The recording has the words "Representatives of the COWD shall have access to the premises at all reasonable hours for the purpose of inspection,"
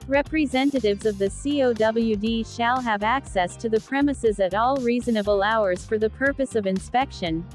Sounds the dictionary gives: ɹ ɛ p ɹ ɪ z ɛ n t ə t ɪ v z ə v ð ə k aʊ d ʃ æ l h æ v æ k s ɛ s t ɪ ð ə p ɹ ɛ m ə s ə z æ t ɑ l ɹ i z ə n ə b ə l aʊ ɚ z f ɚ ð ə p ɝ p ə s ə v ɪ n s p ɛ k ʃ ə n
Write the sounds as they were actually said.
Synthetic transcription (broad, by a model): ɹ ɛ p ɹ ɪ z ɛ n t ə t ɪ v z ə v ð ə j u d ʃ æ l h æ v æ k s ɛ s t ɪ ð ə p ɹ ɛ m ə s ə z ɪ t ɑ l ɹ i z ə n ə b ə l aʊ ɚ z f ɚ ð ə p ɝ p ə s ə v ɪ n s p ɛ k ʃ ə n